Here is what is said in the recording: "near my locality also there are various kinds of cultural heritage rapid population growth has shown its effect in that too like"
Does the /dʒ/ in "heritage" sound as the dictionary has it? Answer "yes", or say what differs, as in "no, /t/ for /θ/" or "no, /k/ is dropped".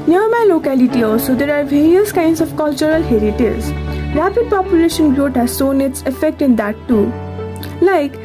no, /z/ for /dʒ/